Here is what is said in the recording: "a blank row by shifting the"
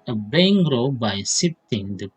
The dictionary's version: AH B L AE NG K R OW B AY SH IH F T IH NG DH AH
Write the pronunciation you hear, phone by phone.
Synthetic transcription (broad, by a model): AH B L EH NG R OW B AY S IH T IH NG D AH